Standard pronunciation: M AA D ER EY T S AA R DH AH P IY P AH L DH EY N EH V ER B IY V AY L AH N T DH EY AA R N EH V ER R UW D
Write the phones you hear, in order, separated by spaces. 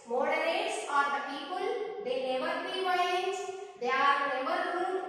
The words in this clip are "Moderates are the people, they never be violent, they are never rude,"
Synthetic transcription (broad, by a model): M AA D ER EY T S AA R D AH P IY P AH L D EY N EH V ER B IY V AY AH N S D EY AA R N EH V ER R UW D